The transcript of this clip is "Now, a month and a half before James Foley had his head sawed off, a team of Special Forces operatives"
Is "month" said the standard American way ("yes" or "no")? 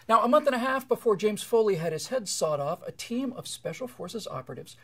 yes